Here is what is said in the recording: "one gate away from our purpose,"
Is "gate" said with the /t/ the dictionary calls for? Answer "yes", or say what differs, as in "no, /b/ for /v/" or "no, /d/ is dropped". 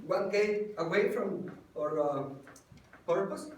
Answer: no, /t/ is dropped